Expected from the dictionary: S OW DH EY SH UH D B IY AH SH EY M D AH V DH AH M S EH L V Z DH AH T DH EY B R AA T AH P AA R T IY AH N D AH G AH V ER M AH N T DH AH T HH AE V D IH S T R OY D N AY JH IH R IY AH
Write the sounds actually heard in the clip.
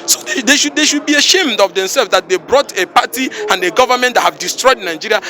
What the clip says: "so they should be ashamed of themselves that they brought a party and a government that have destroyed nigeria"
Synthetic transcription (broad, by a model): S OW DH EY SH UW D B IY AH SH EY M D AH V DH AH M S EH L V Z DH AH T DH EY B R AA T AH P AA T IY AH N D AH G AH V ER M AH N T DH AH T HH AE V D IH S T R OY D N AY JH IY R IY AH